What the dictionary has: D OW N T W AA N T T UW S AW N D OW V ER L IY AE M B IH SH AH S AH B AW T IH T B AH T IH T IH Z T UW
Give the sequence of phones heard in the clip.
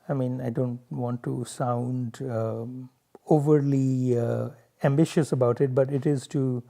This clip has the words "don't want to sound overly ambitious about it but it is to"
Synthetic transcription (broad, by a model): D OW N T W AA N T T UW S AW N D OW V ER L IY AE M B IH SH AH S AH B AW T IH T B AH T IH T IH Z T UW